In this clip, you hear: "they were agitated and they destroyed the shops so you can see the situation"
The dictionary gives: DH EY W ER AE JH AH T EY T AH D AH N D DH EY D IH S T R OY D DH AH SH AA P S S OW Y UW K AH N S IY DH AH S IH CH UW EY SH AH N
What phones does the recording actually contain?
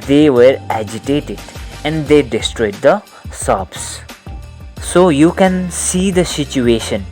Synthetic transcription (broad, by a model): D EY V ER AE JH AH T EY T AH D AH N D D EY D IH S T R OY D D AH S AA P S S OW Y UW K AH N S IY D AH S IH CH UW EY SH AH N